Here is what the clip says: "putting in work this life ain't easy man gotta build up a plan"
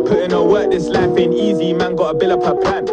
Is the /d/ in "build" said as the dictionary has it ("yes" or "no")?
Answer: no